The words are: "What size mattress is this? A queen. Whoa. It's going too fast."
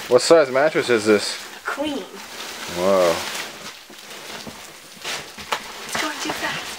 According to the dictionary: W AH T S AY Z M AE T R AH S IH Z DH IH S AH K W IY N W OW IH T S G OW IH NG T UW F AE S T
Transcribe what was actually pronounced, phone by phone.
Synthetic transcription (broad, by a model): W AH T S AY Z M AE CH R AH S IH Z DH IH S AH K W IY N W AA IH T S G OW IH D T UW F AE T